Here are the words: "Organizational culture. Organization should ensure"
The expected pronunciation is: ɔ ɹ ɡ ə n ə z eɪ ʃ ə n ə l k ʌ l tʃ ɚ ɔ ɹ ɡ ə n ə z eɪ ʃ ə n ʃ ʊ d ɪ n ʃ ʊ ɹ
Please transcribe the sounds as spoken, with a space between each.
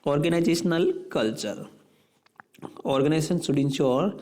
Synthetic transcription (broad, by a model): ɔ ɹ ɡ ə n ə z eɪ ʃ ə n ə l k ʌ l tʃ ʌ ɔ ɹ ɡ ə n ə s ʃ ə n s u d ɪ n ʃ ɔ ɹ